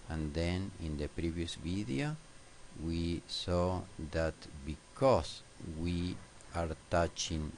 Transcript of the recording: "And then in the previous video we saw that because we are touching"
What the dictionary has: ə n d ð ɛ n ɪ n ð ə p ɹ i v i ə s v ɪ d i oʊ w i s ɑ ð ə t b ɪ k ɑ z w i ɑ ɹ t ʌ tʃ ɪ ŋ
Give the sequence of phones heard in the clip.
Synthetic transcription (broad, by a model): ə n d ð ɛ n ɪ n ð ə p ɹ i v i ə s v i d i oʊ w i s ɑ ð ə t b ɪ k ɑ s w i ɑ ɹ t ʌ tʃ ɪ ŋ